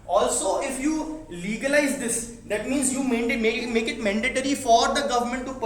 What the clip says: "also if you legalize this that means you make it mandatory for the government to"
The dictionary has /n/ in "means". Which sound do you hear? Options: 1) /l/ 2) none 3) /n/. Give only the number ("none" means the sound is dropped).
3